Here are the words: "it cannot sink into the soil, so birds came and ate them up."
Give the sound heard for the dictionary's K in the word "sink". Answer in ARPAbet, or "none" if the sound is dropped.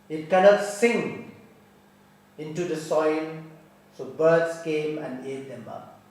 none